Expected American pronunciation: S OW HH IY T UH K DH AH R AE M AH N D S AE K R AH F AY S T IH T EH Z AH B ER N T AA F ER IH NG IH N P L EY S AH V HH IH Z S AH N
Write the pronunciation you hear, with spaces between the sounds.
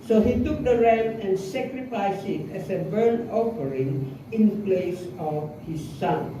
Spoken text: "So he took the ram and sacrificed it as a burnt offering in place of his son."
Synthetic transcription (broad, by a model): S OW HH IY T UH K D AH R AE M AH N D S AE K R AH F AY S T IH T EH S AH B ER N AA F ER IH NG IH N P L EY S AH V HH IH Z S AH N